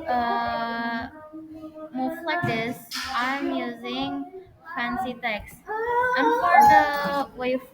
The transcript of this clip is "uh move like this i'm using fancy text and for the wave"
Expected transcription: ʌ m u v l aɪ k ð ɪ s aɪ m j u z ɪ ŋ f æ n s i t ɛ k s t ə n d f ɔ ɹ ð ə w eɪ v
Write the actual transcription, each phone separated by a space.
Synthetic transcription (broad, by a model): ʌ m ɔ f l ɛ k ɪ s aɪ m j u z ɪ ŋ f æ n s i t ɛ k s t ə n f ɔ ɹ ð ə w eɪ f